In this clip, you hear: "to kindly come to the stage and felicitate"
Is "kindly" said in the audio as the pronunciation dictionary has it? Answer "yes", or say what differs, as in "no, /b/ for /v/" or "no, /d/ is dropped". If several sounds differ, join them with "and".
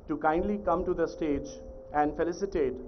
yes